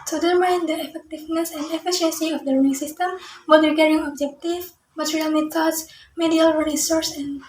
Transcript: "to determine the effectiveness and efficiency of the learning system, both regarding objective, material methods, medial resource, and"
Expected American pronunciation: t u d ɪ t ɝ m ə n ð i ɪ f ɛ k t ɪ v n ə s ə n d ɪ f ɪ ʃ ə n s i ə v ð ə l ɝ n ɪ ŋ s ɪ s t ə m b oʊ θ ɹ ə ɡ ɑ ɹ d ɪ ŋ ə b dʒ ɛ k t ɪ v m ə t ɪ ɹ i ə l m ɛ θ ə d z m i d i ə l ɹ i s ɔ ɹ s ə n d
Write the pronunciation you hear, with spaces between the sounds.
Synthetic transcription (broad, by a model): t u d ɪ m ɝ ə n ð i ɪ f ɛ k t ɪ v n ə s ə n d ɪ f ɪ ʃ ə n s i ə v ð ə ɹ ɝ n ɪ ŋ s ɪ s t ə m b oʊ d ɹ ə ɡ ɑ ɹ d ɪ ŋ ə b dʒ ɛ k t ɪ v m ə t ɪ ɹ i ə l m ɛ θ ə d s m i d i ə l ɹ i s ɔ ɹ s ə n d